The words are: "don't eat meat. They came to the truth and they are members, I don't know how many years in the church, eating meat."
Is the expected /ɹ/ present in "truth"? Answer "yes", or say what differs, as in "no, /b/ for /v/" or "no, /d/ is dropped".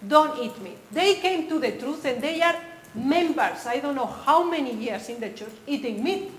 yes